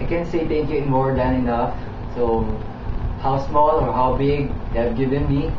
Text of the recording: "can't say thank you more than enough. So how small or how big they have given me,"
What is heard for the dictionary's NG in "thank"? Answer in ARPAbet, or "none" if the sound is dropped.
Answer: none